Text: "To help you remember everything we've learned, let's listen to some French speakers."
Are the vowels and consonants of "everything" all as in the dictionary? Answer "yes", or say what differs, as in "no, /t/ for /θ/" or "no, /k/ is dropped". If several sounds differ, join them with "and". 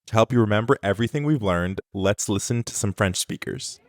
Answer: yes